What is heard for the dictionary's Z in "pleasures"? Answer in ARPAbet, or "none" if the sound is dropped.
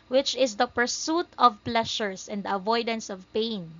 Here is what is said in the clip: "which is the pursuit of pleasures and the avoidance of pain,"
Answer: S